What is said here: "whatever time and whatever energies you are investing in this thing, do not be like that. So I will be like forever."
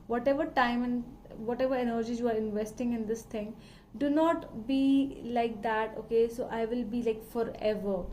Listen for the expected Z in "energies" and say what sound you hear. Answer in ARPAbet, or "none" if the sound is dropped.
none